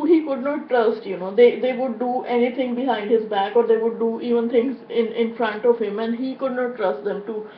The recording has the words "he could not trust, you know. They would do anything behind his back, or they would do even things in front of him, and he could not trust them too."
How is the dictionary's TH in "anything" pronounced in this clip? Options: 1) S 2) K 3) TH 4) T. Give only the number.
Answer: 4